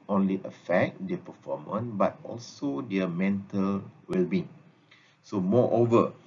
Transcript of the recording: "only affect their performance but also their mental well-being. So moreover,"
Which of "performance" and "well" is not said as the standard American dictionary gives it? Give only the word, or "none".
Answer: performance